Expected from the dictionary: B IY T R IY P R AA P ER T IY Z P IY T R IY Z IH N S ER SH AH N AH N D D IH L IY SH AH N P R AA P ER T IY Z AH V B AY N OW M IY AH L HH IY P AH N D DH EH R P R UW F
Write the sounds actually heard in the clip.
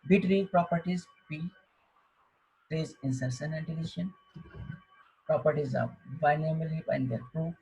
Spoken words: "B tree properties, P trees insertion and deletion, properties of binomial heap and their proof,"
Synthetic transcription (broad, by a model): B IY T R IY P R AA P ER T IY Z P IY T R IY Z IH N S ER S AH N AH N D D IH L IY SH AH N P R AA P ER T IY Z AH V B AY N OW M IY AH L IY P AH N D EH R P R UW